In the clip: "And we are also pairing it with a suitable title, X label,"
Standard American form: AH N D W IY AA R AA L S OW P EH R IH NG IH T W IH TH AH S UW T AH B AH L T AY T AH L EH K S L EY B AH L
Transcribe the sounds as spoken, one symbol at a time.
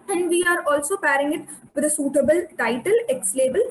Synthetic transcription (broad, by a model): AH N D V IY AA R AA L S OW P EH R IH NG IH T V IH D AH S UW T AH B AH L T AY T AH L EH K S L EY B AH L